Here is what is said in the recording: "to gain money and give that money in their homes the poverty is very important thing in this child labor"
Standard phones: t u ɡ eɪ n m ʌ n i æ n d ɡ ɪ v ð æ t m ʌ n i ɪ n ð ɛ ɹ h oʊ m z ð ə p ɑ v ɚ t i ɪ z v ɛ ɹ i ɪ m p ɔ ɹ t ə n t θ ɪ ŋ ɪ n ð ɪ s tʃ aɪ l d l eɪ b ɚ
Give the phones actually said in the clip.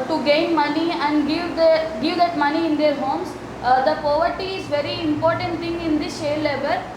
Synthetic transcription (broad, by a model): t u ɡ eɪ n m ʌ n i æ n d ɡ ɪ v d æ t m ʌ n i ɪ n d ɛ ɹ h oʊ m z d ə p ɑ v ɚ t i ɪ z v ɛ ɹ i ɪ m p ɔ ɹ t ə n t t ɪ ŋ ɪ n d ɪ s ʃ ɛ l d l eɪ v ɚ